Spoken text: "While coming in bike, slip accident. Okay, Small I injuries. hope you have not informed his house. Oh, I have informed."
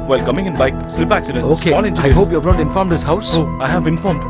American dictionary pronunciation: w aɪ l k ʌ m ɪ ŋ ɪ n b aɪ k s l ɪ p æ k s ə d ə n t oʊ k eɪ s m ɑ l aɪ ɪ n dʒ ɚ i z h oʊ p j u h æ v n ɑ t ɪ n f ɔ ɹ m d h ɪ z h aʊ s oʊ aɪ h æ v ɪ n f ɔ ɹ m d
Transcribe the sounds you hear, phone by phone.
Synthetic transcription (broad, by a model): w aɪ l k ʌ m ɪ ŋ ɪ n b aɪ k s l ɪ p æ k s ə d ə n oʊ k eɪ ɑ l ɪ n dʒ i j h oʊ p j u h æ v n ɑ t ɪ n f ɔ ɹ m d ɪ s h aʊ s oʊ aɪ h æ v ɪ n f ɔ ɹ m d